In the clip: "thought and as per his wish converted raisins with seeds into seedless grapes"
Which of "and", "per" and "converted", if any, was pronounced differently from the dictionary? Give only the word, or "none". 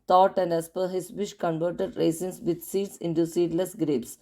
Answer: none